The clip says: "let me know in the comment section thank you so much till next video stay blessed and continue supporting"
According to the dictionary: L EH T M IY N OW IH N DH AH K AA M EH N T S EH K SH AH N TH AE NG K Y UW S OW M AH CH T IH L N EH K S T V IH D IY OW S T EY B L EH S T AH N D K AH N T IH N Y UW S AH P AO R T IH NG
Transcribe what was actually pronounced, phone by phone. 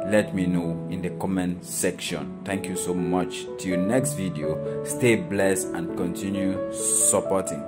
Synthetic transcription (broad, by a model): L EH T M IY N OW IH N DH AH K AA M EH N S EH K SH AH N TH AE NG K Y UW S OW M AH CH T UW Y N EH K S T V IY D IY OW S T EY B L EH S AH N K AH N T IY N Y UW S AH P AO T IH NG